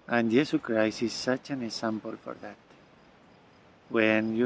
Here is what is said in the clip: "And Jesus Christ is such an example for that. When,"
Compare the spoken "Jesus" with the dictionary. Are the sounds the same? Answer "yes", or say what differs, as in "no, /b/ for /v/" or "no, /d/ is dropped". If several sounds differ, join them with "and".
no, /s/ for /z/ and /s/ is dropped